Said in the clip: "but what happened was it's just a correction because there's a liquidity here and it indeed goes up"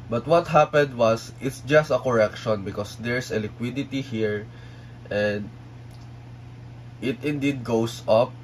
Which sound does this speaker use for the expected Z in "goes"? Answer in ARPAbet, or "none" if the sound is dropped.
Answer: S